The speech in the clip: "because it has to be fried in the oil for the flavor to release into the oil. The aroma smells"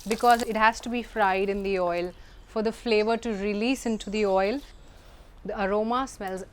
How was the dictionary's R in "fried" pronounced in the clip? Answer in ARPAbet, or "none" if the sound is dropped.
R